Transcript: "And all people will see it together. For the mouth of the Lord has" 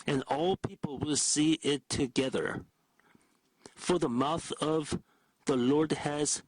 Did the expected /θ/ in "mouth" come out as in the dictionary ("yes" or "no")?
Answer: yes